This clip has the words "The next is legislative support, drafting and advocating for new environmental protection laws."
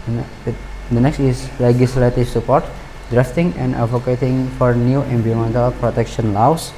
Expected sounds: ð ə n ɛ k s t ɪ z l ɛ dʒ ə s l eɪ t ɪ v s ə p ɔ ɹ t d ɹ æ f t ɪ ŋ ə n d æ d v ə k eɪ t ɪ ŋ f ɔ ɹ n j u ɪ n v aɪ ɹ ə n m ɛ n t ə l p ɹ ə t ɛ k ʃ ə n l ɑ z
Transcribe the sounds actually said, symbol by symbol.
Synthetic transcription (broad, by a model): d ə n ɛ k s t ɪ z l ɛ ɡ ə s l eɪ t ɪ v s ə p ɔ ɹ t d ɹ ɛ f t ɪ ŋ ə n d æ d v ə k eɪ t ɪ ŋ f ɔ ɹ n j u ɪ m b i ə m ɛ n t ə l p ɹ ə t ɛ k ʃ ə n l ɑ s